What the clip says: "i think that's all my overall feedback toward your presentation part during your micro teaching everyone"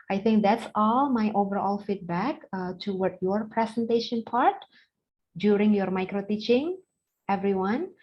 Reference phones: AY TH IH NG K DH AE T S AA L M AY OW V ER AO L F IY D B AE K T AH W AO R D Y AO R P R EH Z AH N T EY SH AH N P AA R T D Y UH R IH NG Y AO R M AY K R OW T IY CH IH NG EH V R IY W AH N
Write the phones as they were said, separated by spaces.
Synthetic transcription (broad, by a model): AY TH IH NG K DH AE T S AA L M AY OW V ER AO L F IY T B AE K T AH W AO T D Y AO R P R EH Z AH N T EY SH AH N P AA R T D Y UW R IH NG Y AO R M AY K R OW T IY CH IH NG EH V R IY W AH N